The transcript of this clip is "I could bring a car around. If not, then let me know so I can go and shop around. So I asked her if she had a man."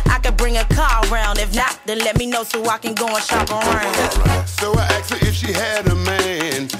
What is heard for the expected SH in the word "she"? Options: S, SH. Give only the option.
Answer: SH